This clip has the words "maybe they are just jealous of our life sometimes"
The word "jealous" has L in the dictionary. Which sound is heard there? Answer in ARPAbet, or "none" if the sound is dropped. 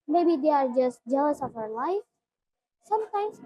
none